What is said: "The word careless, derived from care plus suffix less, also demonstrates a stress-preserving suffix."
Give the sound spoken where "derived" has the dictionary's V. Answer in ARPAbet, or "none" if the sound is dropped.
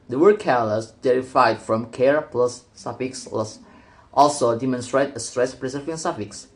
none